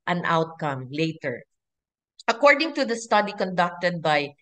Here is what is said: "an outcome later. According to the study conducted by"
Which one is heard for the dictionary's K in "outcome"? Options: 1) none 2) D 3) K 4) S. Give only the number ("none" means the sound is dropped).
3